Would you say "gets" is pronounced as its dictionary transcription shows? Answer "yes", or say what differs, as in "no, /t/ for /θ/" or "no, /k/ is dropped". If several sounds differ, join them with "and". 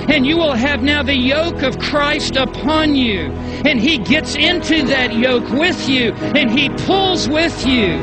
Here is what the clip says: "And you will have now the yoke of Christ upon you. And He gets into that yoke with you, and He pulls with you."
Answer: yes